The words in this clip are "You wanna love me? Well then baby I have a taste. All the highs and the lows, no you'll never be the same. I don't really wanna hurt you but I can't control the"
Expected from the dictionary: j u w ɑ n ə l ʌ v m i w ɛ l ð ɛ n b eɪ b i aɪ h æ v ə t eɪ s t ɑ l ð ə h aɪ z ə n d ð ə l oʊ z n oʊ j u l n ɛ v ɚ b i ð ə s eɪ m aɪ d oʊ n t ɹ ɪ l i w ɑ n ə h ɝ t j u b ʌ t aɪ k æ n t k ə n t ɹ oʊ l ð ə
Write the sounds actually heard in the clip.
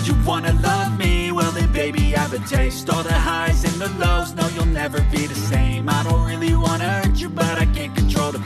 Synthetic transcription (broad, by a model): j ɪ w ɑ n ə l ʌ v m i w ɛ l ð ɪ b eɪ b i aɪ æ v ə t eɪ s t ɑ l ð ə h aɪ z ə n ð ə l oʊ z n oʊ j u l n ɛ v ɚ b i ð ə s eɪ m aɪ d oʊ n t ɹ ɪ l i w ɑ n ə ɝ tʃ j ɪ b ʌ t aɪ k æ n k ə n t ɹ oʊ l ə